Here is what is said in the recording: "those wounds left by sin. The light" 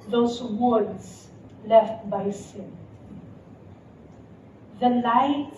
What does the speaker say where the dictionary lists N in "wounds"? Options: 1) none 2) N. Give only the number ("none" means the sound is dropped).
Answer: 1